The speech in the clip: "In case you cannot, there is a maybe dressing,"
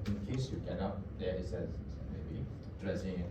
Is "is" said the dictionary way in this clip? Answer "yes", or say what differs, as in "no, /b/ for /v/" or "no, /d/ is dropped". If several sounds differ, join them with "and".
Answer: no, /s/ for /z/